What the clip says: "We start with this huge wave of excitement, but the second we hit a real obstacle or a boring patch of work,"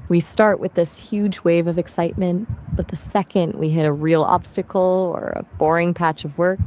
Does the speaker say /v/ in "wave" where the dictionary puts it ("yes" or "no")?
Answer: yes